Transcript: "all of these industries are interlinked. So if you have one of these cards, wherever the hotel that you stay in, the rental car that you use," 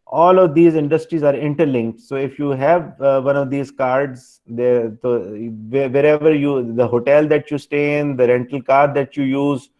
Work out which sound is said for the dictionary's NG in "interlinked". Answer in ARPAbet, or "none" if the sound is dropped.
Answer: NG